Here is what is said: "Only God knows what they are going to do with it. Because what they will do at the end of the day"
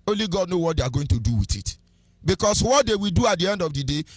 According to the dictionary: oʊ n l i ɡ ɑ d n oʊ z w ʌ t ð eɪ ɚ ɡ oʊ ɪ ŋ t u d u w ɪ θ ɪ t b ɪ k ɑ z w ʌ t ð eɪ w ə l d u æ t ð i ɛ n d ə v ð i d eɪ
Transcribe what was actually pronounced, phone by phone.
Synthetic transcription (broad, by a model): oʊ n l i ɡ ɑ d n oʊ w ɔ t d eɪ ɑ ɡ oʊ ɪ ŋ t u d u w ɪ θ ɪ t b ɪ k ɑ s w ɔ t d eɪ w ə l d u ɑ t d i ɛ n d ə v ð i d eɪ